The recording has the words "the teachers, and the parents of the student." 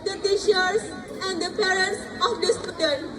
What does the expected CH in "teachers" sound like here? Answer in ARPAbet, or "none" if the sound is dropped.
SH